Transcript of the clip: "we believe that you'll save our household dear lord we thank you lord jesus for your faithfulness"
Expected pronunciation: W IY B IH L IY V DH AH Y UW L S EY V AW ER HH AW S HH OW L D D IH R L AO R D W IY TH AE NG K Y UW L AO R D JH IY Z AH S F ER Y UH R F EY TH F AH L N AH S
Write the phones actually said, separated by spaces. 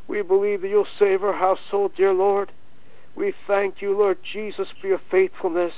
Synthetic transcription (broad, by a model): W IY B IH L IY V DH AH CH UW L S EY V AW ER HH AW S HH OW L D D IH R L AO R D W IY TH AE NG K Y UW L AO R D JH IY Z AH S F ER Y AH R F EY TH F L N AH S